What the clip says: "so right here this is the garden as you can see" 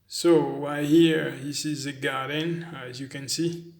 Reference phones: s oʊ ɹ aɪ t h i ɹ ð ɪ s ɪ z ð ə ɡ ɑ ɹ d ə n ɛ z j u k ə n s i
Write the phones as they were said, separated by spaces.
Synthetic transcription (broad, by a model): s oʊ w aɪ h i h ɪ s ɪ z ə ɡ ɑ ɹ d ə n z j u k ə n s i